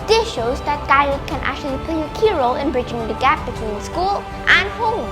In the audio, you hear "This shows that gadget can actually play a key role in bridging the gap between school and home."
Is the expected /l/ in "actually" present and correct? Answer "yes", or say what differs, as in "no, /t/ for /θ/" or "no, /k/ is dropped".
yes